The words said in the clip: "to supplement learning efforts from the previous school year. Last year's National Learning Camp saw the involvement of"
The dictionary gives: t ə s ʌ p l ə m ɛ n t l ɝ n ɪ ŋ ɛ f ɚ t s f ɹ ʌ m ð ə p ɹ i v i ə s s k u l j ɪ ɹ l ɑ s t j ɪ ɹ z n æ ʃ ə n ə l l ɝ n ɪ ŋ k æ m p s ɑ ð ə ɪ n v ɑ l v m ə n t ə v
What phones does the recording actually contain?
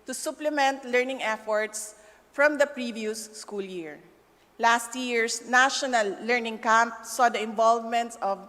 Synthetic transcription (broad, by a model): t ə s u p l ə m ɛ n t l ɝ n ɪ ŋ ɛ f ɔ t s f ɹ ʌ m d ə p ɹ i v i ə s s k u l j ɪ ɹ l ɑ s t j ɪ ɹ s n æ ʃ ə n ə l l ɝ n ɪ ŋ k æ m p s ɑ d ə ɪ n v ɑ l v m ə n t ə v